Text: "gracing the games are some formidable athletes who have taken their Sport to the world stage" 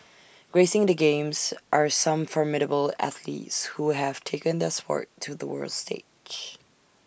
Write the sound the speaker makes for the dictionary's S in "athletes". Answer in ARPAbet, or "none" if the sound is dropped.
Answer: S